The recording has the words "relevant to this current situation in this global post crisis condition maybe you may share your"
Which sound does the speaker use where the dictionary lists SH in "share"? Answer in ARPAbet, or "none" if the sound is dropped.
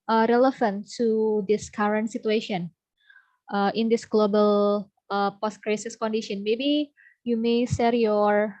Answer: S